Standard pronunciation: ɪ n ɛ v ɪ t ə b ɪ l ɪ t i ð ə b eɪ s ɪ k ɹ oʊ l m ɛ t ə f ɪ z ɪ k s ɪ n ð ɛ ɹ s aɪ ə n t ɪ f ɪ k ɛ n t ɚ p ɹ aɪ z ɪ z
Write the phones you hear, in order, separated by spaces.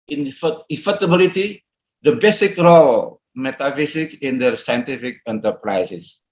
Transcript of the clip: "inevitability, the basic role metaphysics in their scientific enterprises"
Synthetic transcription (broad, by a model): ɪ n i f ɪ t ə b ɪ l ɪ t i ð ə b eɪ s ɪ k ɹ oʊ l m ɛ t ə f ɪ s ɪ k ɪ n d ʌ s aɪ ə n t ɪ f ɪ k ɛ n t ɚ p ɹ aɪ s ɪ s